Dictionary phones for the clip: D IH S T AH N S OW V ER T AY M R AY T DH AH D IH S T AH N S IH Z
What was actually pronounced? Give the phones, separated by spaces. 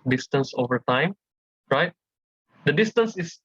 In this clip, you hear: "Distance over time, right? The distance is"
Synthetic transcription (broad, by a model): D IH S T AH N S OW V ER T AY M R AY T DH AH D IH S T AH N S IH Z